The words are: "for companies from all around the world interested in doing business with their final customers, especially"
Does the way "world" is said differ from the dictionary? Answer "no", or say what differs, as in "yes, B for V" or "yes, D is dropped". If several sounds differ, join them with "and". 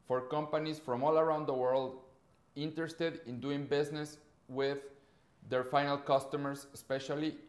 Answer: no